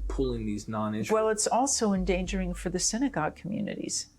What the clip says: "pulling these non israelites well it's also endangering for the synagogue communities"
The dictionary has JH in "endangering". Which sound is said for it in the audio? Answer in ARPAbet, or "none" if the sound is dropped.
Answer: JH